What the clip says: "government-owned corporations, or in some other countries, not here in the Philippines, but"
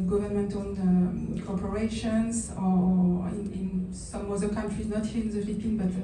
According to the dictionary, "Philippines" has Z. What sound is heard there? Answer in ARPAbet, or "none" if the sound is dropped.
none